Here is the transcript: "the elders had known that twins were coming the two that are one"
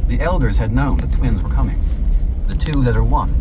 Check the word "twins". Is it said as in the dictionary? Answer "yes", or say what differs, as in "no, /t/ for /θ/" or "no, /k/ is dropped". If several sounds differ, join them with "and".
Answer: yes